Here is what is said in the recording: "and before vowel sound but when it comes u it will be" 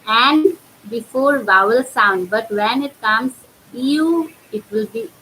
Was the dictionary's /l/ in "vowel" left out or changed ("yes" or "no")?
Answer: no